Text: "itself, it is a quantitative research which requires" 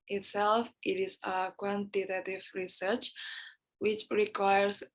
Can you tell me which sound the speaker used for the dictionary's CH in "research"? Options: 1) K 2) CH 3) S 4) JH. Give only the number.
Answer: 2